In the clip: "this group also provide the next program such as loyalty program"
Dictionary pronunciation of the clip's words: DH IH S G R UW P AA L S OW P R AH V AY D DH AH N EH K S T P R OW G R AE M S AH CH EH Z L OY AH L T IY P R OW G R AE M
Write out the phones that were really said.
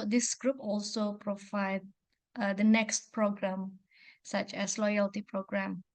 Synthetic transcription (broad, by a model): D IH S G R UW P AA L S OW P R AH V AY D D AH N EH K S T P R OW G R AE M S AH CH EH S L OY AH L T IY P R OW G R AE M